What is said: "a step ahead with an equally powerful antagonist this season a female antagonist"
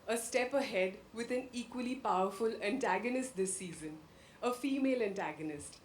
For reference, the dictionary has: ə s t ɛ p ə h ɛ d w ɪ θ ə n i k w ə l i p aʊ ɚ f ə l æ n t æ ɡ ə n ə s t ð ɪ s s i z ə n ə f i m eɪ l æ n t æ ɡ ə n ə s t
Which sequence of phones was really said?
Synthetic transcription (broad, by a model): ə s t ɛ p ə h ɛ d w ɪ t ə n i k w ə l i p aʊ ɚ f ə l æ n t æ ɡ ə n ə s t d ɪ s s i z ə n ə f i m eɪ l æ n t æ ɡ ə n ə s t